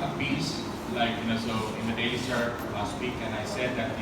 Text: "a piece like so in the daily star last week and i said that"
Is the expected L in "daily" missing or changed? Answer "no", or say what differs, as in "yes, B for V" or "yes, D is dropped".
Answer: yes, L is dropped